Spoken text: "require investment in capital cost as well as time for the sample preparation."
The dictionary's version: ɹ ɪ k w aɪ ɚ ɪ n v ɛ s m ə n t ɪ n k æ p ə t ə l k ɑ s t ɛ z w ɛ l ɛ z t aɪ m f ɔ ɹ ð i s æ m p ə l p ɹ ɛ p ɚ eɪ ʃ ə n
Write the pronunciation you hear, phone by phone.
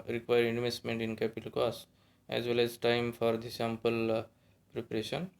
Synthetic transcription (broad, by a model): ɹ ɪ k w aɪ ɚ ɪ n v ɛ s m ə n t ɪ n k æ p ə t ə l k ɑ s ɛ z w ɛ l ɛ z t aɪ m f ɔ ɹ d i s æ m p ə l p ɹ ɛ p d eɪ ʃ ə n